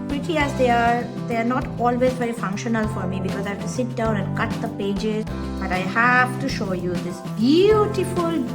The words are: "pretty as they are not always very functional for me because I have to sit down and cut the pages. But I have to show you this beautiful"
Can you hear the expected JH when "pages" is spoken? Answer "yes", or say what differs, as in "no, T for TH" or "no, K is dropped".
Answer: yes